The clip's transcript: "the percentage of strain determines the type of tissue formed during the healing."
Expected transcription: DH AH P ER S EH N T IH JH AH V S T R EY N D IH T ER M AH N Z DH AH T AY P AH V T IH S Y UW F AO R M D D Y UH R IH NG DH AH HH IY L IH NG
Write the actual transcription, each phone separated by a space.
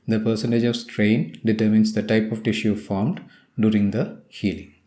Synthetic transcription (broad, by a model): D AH P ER S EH N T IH JH AH V S T R EY N D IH T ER M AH N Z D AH T AY P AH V T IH SH Y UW F AO R M D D Y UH R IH NG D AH HH IY L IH NG